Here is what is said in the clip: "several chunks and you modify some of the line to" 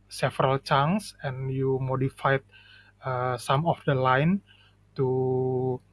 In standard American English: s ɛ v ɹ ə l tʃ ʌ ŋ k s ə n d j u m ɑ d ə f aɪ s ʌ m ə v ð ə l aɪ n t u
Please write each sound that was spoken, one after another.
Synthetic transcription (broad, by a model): s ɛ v ɹ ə l tʃ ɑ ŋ s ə n j u m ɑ d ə f aɪ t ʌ m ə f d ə l aɪ n t u